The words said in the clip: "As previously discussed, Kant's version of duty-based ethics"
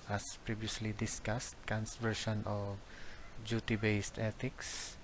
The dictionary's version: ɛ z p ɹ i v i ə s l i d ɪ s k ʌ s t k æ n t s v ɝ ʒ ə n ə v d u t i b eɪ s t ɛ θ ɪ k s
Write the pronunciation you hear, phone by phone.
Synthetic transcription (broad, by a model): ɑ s p ɹ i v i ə s l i d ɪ s k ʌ s t k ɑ n s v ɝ ʃ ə n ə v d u t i b eɪ s t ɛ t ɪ k s